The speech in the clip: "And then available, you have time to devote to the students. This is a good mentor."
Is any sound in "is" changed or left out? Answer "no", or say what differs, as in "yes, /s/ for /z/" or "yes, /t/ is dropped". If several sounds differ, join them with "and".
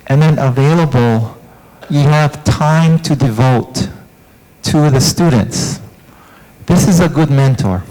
no